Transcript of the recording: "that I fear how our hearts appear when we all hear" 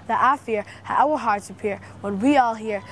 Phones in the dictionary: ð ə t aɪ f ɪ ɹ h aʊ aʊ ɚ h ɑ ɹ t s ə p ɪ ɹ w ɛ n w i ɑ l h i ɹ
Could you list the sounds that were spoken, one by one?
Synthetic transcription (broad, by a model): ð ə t aɪ f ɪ ɹ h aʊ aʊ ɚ h ɑ ɹ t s ə p ɪ ɹ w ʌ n w i ɑ l h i ɹ